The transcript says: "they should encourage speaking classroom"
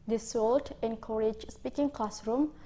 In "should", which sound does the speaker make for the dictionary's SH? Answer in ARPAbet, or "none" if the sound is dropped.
S